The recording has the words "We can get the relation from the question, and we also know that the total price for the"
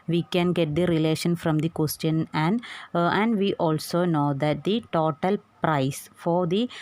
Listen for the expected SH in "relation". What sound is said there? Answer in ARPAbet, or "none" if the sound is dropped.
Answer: SH